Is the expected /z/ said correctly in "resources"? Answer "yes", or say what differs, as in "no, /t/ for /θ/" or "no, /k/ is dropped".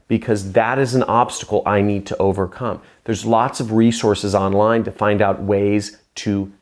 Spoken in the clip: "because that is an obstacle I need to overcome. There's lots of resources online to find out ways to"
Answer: yes